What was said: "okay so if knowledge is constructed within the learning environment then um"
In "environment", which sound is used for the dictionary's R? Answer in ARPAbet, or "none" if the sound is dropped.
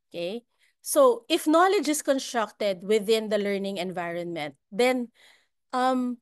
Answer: R